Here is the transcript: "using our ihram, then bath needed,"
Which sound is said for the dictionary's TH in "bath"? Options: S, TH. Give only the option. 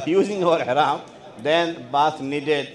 S